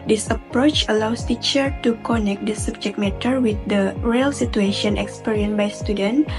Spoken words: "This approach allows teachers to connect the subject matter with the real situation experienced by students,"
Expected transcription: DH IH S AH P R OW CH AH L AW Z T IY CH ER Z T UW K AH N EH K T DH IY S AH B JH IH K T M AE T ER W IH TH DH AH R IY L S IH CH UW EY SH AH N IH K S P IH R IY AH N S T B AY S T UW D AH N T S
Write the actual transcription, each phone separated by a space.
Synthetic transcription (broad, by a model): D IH S AH P R OW CH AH L AW S T IY CH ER T UW K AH N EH K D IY S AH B JH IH K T M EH T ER W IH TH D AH R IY L S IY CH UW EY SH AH N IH K S P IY R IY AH N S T B AY S T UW D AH N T